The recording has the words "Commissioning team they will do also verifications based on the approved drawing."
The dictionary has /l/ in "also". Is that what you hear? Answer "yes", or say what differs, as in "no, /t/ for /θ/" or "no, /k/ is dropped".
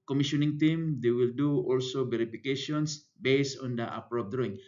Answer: yes